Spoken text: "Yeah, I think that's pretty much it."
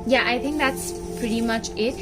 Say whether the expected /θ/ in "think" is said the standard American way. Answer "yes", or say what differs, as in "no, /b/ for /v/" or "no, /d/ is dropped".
yes